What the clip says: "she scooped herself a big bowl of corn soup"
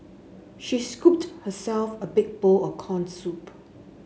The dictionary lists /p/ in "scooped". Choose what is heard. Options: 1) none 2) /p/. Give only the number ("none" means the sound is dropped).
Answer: 2